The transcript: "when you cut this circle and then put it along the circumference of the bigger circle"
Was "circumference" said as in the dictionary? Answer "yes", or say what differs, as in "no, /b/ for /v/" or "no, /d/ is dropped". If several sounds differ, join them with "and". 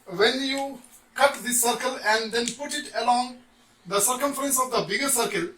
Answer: yes